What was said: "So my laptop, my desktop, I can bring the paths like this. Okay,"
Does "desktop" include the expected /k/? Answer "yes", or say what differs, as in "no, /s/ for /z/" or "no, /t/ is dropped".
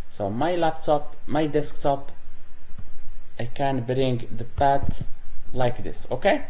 yes